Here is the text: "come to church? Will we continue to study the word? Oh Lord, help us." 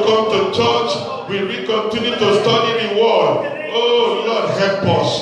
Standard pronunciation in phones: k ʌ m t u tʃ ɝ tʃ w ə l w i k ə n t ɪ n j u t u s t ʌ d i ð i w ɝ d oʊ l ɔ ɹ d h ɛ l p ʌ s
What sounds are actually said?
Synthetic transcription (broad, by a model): k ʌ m t u tʃ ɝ tʃ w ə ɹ i k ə n t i n j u t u s t ʌ d i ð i w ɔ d oʊ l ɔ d h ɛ p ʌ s